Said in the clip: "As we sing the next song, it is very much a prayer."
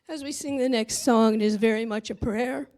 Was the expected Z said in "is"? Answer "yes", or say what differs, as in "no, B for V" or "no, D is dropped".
yes